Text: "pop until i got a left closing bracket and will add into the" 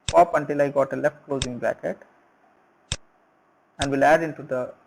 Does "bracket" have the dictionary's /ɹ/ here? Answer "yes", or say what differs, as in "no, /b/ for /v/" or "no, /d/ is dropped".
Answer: no, /ɹ/ is dropped